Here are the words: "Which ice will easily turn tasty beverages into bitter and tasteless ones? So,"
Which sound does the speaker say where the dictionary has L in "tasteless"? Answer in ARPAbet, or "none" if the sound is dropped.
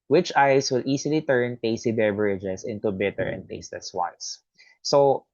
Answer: none